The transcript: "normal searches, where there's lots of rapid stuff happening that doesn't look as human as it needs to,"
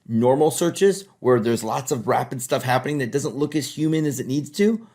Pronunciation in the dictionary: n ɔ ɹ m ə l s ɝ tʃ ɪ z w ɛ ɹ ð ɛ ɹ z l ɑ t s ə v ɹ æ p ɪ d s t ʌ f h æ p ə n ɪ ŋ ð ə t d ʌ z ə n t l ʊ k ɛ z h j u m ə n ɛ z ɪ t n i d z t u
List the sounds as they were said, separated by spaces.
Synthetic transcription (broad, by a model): n ɔ ɹ m l s ɝ tʃ ɪ z w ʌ ɹ ð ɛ ɹ z l ɑ t s ə v ɹ æ p ɪ d s t ʌ f h æ p ə n ɪ ŋ ð ə t d ʌ z ə n t l ʊ k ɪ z h j u m ə n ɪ z ɪ t n i d z t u